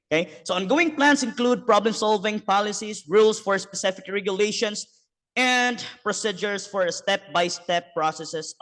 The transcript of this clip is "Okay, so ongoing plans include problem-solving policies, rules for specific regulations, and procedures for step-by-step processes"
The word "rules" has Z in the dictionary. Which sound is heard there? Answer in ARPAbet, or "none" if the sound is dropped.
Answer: S